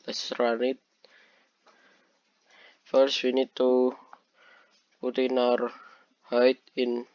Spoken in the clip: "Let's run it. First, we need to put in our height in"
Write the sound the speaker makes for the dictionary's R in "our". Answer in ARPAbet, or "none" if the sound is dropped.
R